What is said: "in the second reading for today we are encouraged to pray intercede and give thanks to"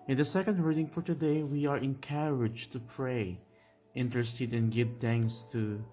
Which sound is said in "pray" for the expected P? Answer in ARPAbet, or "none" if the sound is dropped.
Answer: P